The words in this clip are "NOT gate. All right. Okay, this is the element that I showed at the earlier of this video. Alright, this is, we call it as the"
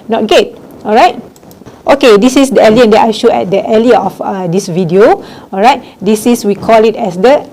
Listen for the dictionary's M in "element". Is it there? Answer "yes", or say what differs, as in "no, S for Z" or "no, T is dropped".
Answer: no, M is dropped